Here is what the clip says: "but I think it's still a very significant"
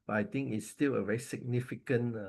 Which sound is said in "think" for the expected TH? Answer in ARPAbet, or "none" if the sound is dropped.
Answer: T